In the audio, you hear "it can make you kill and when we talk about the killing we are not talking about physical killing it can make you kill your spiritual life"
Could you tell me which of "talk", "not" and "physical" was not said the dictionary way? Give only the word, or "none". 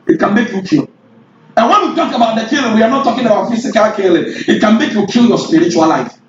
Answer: physical